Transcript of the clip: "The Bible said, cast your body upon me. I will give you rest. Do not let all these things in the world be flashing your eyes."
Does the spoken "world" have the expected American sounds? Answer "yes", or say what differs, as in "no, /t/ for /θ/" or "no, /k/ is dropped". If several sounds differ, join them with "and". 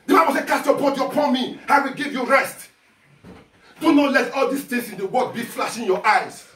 no, /l/ is dropped